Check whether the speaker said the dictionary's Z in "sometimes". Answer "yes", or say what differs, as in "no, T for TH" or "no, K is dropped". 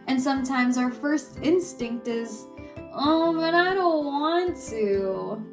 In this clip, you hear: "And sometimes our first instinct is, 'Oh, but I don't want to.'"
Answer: yes